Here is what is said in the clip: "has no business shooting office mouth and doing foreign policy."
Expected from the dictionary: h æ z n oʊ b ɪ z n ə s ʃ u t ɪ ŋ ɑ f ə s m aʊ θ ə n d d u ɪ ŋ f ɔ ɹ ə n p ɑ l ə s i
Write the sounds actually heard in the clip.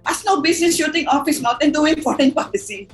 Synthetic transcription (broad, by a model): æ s n oʊ b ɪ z n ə s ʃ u t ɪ ŋ ɑ f ə s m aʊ t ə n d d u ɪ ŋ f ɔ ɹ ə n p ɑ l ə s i